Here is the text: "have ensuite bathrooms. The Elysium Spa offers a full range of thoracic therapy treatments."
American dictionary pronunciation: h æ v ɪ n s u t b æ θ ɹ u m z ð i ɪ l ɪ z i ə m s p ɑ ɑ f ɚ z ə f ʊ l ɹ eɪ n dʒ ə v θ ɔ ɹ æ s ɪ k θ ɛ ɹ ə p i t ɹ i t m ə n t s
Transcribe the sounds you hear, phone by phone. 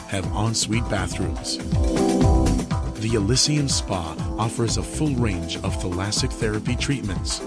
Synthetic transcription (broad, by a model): h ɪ v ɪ n s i t b æ θ ɹ u m z ð i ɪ l ɪ s i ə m s p ɑ ɑ f ɚ z ə f ʊ l ɹ eɪ n dʒ ə v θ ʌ l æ s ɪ k θ ɛ ɹ ə p i t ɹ i t m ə n t s